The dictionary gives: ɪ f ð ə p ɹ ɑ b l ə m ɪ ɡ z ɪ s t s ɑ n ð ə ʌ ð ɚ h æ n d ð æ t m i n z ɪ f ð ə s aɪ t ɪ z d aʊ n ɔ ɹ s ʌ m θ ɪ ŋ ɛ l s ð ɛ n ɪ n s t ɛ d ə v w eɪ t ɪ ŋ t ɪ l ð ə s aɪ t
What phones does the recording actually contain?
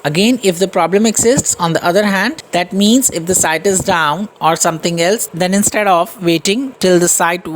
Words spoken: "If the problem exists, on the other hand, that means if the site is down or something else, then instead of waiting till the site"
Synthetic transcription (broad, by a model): ɪ f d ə p ɹ ɑ b l ə m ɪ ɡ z ɪ s t s ɑ n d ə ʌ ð ɚ h æ n d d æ t m i n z ɪ f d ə s aɪ t ɪ z d aʊ n ɔ ɹ s ʌ m t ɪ ŋ ɛ l s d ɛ n ɪ n s t ɛ d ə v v eɪ t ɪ ŋ t ɪ l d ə s aɪ t